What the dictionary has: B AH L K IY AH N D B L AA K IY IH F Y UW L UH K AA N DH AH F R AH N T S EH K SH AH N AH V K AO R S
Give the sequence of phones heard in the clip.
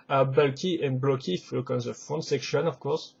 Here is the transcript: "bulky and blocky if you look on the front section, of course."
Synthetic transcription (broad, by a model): B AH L K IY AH N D B L AA K IY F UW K AA N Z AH F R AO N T S EH K SH AH N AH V K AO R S